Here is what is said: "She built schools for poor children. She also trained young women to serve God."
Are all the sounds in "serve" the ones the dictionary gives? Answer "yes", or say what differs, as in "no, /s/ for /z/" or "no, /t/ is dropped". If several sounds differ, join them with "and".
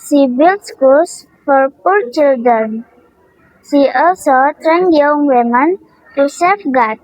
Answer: no, /f/ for /v/